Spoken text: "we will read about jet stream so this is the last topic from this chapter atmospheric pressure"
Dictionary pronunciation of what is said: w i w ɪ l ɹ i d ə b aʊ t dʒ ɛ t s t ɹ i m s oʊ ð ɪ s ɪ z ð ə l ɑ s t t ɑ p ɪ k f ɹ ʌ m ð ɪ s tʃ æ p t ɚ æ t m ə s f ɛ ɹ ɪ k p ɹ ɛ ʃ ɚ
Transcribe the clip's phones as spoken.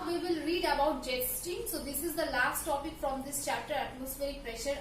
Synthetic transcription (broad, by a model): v i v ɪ l ɹ i d ə b aʊ t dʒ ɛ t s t i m s oʊ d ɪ s ɪ z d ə l ɑ s t t ɑ p ɪ k f ɹ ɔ m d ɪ s tʃ æ p t ɚ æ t m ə s f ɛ ɹ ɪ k p ɹ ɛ ʃ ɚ